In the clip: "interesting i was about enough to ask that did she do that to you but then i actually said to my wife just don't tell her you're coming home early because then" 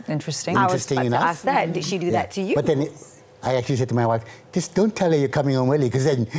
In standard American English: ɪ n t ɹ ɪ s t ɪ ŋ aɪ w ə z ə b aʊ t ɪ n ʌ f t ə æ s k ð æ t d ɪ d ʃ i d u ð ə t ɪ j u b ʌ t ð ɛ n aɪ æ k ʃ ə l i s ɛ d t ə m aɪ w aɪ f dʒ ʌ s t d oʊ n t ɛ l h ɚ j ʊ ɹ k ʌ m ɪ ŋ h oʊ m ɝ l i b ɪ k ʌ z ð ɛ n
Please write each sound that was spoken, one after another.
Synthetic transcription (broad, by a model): ɪ n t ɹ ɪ s t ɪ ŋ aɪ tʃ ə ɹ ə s t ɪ ʌ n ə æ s ð æ t d ɪ d ʃ i d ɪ ð ə t ɪ j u b ʌ t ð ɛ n aɪ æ k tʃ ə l i s ɛ d t ə m aɪ w aɪ f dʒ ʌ s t d oʊ n t ɛ l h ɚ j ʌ ɹ k ʌ m ɪ ŋ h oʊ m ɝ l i k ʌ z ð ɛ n